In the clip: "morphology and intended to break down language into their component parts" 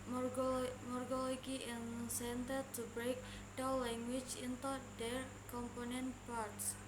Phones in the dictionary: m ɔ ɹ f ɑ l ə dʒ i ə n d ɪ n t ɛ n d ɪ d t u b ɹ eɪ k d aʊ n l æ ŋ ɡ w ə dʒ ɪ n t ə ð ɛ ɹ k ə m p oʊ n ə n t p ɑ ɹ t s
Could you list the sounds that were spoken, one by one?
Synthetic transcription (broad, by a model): m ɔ ɹ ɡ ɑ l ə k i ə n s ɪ n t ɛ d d t u b ɹ eɪ k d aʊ l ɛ ŋ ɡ w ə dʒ ɪ n t ə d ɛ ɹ k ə m p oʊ n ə n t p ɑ ɹ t s